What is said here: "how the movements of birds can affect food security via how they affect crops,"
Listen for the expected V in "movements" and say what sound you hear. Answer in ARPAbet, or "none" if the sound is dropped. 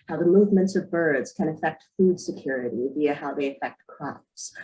V